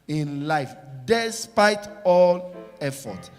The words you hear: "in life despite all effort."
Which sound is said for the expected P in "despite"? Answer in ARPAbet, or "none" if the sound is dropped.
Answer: P